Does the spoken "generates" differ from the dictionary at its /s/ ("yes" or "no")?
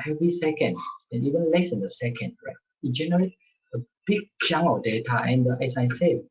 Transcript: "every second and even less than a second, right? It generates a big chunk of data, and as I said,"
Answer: yes